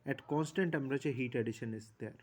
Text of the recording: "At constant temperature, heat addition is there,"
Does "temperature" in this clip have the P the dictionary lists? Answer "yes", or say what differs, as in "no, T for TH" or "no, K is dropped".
no, P is dropped